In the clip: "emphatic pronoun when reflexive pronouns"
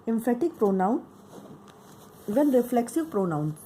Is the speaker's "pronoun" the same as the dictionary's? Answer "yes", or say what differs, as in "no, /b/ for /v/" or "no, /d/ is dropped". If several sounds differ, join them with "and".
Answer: yes